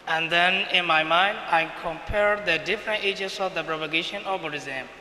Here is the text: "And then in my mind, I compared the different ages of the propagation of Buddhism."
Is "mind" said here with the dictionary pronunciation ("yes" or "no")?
yes